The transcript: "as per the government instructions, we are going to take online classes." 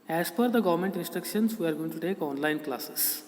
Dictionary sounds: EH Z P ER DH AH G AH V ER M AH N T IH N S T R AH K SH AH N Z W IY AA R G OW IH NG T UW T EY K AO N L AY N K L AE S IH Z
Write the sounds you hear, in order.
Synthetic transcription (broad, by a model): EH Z F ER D AH G AH V ER M AH N T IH N S T R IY K SH AH N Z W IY AA R G OW IH NG T UW T EY K AO N L AY N K L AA S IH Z